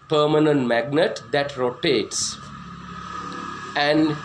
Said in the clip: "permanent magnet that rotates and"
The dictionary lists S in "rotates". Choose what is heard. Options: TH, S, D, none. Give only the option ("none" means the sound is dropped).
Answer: S